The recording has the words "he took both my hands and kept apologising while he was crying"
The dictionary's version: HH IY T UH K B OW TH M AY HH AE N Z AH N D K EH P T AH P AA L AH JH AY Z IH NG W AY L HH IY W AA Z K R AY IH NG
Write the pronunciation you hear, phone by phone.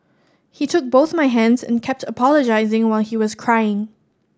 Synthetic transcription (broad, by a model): HH IY T UH K B OW TH M AY HH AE N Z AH N K EH P T AH P AA L AH JH AY Z IH NG W AY L HH IY W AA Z K R AY IH NG